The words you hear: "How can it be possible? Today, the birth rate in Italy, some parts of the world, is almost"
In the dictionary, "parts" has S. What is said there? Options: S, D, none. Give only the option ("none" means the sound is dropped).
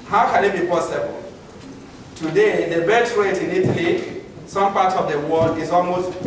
none